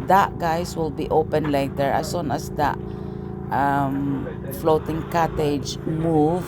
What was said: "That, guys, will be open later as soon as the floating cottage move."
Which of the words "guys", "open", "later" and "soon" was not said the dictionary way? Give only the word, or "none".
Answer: guys